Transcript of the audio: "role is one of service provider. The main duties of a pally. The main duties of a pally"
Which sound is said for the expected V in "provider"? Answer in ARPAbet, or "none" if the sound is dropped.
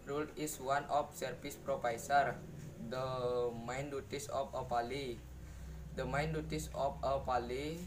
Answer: P